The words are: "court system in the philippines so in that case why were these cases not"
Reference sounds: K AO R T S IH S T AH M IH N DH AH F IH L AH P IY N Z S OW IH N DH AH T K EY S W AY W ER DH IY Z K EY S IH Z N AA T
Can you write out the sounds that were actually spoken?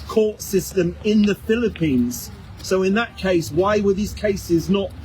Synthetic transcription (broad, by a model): K AO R T S IH S T AH M IH N DH AH F IH L AH P IY N Z S OW IH N DH AH T K EY S W AY W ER DH IY Z K EY S IH Z N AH T